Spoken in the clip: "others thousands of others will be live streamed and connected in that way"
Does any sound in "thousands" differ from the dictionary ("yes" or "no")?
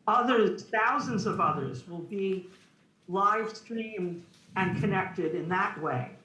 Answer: no